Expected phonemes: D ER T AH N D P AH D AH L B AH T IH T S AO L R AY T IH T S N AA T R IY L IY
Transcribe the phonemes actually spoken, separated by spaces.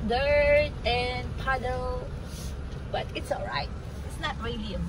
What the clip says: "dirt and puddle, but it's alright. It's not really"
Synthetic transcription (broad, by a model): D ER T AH N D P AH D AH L B AH T IH T S AO L R AY T IH T S N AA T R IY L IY